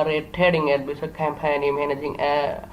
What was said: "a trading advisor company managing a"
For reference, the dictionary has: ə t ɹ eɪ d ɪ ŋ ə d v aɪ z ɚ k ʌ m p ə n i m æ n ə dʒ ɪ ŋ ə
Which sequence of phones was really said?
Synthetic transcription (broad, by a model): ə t eɪ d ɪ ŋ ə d b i s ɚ k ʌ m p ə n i m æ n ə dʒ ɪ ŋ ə